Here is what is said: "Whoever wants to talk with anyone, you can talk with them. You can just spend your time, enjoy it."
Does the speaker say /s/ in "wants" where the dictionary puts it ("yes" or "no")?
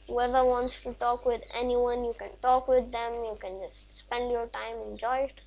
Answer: yes